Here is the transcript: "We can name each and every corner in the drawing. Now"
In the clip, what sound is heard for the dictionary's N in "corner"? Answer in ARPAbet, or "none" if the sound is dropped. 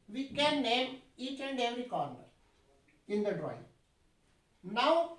N